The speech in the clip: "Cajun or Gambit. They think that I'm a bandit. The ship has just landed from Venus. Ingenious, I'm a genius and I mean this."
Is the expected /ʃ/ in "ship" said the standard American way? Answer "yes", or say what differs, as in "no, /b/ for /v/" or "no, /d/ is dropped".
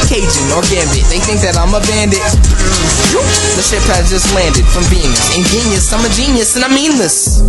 yes